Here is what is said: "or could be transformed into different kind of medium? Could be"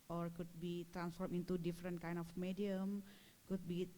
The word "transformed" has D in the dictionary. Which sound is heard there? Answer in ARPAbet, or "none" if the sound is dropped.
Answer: none